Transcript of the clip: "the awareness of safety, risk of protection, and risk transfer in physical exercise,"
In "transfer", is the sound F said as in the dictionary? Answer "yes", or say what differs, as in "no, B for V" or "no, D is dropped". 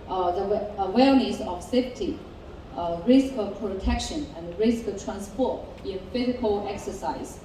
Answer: no, P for F